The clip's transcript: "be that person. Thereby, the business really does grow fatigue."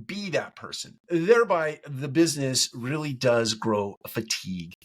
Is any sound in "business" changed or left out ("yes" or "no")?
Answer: no